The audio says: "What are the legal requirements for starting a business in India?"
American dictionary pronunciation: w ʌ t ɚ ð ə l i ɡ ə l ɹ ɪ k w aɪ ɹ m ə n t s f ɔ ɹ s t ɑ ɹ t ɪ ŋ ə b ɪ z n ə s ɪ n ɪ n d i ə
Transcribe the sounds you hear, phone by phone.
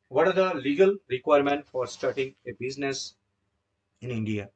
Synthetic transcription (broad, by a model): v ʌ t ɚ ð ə l i ɡ ə l ɹ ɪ k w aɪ ɹ m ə n t f ɔ ɹ s t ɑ ɹ t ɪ ŋ ə b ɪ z n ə s ɪ n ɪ n d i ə